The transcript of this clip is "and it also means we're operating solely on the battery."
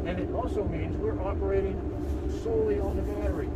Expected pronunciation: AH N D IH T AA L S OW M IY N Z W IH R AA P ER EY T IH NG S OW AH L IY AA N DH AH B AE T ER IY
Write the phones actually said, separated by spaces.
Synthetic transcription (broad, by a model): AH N IH T AA L S OW M IY N Z W IH R AA P ER EY T IH NG S OW AH L IY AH N DH AH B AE T ER IY